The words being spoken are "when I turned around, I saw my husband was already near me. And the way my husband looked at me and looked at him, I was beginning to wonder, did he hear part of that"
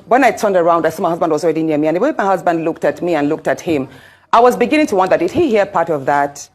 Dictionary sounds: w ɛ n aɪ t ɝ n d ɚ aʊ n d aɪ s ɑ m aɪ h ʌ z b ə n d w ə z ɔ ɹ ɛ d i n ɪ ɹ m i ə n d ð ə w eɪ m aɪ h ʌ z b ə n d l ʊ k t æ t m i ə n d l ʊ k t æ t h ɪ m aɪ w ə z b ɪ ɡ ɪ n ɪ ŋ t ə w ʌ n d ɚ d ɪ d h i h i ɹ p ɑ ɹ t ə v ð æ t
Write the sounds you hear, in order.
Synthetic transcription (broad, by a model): w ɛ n aɪ t ɝ n d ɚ aʊ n d aɪ s ɑ m aɪ h ʌ z b ə n d w ə z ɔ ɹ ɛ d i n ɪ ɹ m i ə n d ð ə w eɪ m aɪ h ʌ z b ə n d l ʊ k t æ t m i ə n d l ʊ k t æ t h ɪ m aɪ w ə z b ɪ ɡ ɪ n ɪ ŋ t ə w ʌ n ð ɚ d ɪ d h i h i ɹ p ɑ ɹ t ə v ð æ t